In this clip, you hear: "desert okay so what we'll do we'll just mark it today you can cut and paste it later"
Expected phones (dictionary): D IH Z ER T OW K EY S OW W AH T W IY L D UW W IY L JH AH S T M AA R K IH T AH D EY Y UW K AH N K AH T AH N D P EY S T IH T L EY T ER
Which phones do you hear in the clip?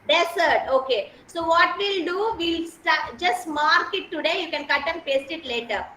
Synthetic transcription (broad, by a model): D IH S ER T OW K EY S OW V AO T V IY L D UW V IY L JH AH S T M AA R K IH T AH D EY Y UW K AH N K AH T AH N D P EY S T IH T L EY T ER